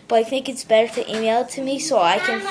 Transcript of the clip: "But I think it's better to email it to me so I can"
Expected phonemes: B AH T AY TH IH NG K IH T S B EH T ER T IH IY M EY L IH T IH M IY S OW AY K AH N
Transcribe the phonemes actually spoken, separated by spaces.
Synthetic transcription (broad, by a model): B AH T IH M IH K IH T S B EH T ER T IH IY M EY L T IH M IY S OW AY K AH N